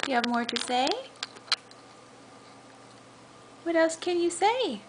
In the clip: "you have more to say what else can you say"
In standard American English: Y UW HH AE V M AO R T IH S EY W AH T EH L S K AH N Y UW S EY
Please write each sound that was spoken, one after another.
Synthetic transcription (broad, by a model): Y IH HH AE V M AO R T IH S EY W AH T EH L S K AH N Y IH S EY